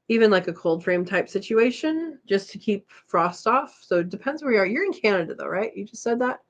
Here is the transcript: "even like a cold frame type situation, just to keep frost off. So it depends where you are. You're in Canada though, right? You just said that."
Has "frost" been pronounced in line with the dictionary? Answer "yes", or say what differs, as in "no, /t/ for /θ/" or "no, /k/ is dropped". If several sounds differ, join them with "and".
yes